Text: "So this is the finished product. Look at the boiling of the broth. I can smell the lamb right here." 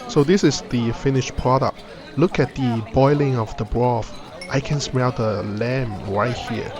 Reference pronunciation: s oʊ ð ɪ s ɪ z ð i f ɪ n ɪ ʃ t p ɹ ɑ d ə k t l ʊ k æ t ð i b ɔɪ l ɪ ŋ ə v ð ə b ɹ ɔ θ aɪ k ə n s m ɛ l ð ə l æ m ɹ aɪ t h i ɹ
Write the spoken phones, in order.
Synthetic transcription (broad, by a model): s oʊ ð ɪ s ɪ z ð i f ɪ n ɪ ʃ p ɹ ɑ d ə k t l ʊ k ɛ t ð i b ɔɪ l ɪ ŋ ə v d ə b ɹ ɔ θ aɪ k ə n s m ɛ l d ə l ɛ m ɹ aɪ t h i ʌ